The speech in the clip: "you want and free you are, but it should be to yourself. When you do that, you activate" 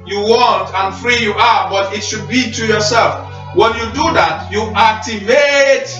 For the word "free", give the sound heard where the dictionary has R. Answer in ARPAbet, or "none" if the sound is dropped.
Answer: R